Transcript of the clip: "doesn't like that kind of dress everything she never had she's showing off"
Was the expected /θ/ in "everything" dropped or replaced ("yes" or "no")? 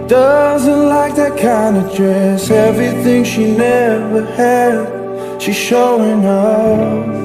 no